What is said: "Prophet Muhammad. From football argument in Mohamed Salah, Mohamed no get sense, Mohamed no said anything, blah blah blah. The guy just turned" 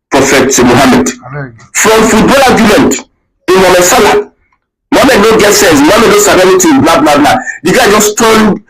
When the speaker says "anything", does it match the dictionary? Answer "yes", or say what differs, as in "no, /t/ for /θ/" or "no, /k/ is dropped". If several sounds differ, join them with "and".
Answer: no, /t/ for /θ/